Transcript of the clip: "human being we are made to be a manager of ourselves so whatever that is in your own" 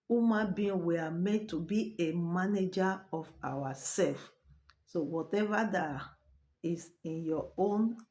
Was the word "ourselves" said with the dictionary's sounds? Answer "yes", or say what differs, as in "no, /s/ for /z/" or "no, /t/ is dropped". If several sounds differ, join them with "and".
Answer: no, /w/ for /ɹ/